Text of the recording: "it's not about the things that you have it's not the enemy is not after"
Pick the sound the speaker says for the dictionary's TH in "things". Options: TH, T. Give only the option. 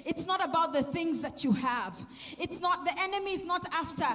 TH